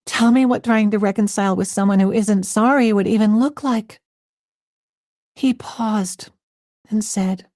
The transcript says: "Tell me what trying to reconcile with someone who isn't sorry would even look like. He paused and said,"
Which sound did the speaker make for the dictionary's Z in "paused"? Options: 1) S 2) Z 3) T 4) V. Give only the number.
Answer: 2